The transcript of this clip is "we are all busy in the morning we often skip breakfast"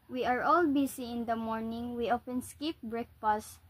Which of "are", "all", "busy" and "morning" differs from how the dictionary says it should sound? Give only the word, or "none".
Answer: busy